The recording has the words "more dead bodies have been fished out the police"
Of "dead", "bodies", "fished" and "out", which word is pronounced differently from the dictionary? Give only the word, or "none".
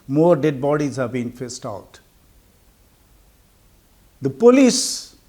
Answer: fished